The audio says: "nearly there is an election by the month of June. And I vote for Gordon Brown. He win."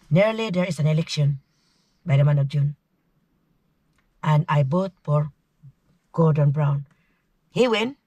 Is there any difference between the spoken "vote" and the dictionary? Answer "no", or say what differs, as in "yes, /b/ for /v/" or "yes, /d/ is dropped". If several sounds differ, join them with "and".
yes, /b/ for /v/